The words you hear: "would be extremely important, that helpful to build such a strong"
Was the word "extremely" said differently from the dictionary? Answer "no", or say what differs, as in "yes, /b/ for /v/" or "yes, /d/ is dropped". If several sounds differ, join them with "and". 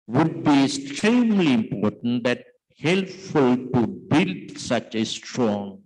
yes, /k/ is dropped